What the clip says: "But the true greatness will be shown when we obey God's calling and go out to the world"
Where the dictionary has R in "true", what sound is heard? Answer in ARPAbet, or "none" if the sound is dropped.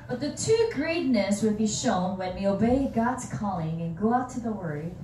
none